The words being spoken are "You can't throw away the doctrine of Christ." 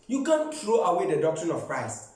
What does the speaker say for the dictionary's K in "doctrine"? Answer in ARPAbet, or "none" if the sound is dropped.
K